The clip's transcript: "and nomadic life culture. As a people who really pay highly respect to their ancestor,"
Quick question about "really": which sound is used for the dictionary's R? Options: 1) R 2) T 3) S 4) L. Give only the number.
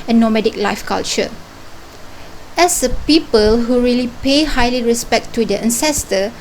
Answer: 1